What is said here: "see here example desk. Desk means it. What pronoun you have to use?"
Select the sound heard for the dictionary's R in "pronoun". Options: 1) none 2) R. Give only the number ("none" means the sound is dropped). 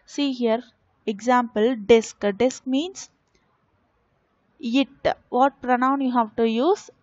2